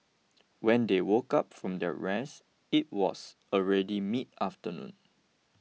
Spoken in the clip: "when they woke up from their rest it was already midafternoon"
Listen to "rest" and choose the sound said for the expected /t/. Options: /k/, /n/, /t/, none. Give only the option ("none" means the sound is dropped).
none